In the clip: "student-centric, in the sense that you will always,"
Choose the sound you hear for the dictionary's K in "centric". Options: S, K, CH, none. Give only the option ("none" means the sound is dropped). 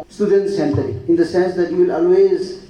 none